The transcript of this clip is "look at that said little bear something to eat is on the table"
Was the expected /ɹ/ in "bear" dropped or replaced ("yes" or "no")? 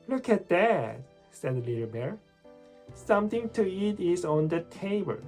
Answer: no